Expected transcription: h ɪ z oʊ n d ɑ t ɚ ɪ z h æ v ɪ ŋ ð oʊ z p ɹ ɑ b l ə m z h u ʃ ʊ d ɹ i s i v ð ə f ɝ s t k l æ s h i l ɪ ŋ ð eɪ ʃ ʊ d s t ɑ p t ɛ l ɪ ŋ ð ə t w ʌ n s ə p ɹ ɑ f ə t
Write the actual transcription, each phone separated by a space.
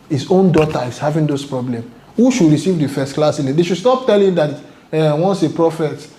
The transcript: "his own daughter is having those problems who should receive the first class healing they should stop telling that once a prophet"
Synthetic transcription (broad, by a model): h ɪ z oʊ n d ɑ t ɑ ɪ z h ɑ v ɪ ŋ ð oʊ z p ɹ ɑ b l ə m h u ʃ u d ɹ i s i v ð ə f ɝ s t k l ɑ s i n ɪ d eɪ ʃ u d s t ɑ p t ɛ l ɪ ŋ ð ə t w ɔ n s ə p ɹ ɑ f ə t